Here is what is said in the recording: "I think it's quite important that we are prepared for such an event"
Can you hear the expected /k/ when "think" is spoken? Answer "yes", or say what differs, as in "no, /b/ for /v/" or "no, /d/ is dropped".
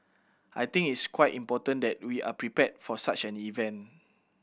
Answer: no, /k/ is dropped